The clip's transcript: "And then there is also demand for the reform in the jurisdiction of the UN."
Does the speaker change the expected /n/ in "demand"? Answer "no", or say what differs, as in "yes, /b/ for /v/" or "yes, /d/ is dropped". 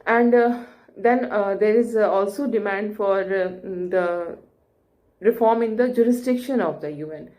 no